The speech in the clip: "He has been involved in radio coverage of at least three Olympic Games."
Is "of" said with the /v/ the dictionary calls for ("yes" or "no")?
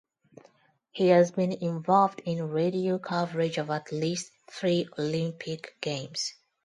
yes